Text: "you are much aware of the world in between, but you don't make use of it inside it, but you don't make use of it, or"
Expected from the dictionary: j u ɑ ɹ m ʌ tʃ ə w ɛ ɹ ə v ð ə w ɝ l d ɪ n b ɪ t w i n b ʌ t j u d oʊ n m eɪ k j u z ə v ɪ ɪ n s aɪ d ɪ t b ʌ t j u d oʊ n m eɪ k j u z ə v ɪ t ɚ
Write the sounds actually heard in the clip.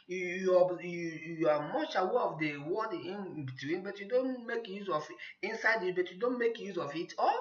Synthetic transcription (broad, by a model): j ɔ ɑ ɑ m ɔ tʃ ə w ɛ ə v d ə w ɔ d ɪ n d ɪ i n b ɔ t j u d oʊ n m eɪ k j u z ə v ɪ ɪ n s aɪ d ɪ t b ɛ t j u d oʊ n m eɪ k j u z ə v ɪ t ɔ